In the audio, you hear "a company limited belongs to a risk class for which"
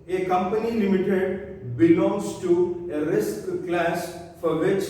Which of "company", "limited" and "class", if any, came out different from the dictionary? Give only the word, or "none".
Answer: none